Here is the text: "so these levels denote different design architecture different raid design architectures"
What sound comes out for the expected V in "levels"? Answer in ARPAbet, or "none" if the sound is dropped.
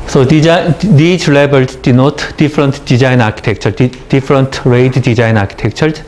B